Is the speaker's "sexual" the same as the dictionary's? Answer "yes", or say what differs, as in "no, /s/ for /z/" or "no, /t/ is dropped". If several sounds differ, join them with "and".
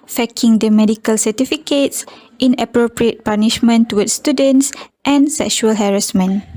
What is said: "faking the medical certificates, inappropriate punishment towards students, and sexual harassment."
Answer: yes